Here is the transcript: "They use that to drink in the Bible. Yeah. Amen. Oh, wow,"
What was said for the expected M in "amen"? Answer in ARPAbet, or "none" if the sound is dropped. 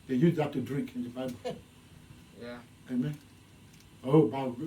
M